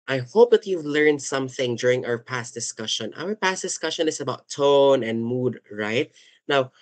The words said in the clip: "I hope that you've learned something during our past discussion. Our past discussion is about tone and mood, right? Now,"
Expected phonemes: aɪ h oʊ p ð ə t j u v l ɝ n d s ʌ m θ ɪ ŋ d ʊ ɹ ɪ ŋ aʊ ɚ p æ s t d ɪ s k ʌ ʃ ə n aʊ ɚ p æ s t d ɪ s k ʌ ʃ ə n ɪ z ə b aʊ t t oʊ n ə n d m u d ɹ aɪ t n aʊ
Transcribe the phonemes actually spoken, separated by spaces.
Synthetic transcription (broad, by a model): aɪ h oʊ p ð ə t j u v l ɝ n d s ʌ m θ ɪ ŋ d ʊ ɹ ɪ ŋ aʊ ɚ p æ s t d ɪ s k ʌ ʃ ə n aʊ ɚ p æ s t d ɪ s k ʌ ʃ ə n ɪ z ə b aʊ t t oʊ n ə n d m u d ɹ aɪ t n aʊ